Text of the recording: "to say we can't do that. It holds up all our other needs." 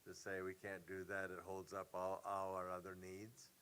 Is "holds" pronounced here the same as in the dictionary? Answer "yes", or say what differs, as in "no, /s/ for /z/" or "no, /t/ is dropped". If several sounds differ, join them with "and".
yes